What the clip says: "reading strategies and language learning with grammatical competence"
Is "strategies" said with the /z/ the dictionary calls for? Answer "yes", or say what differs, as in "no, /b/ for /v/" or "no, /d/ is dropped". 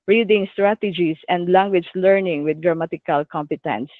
no, /s/ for /z/